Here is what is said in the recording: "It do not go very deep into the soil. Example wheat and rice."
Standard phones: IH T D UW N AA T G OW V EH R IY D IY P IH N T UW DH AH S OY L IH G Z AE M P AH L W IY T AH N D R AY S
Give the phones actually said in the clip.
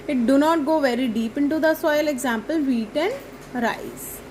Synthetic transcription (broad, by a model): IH T D UW N AA T G OW V EH R IY D IY P IH N T UW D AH S OY L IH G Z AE M P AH L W IY T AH N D R AY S